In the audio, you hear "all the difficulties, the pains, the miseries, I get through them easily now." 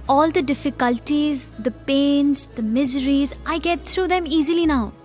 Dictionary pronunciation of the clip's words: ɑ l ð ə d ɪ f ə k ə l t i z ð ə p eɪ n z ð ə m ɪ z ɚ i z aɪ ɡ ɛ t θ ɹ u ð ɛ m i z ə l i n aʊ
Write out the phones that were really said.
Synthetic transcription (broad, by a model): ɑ l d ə d ɪ f ə k ə l t i z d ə p eɪ n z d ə m ɪ z ɚ i z aɪ ɡ ɛ t t ɹ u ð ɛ m i z ə l i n aʊ